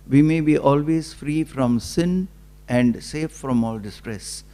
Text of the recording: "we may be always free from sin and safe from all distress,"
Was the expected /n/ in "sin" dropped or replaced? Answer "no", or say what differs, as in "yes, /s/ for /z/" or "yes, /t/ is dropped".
no